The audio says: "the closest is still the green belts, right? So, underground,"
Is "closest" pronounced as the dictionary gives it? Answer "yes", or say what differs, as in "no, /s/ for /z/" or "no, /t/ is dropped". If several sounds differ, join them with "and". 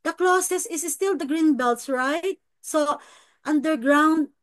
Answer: no, /t/ is dropped